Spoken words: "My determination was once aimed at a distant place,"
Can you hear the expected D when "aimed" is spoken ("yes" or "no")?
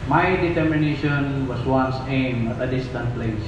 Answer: no